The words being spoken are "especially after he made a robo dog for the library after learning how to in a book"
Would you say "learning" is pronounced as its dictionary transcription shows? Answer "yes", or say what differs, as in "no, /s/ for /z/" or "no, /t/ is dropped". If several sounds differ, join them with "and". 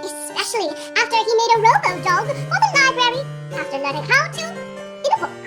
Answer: no, /n/ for /l/ and /n/ is dropped